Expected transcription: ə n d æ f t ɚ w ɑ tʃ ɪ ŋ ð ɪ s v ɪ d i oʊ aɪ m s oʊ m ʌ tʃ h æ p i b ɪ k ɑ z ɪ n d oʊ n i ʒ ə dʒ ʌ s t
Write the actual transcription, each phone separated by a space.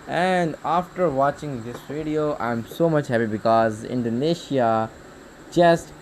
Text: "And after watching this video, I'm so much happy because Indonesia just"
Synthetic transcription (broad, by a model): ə n d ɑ f t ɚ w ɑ tʃ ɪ ŋ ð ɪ s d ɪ d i oʊ aɪ m s oʊ m ʌ tʃ h æ p i b ɪ k ɑ z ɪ n d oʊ n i ʃ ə dʒ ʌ s t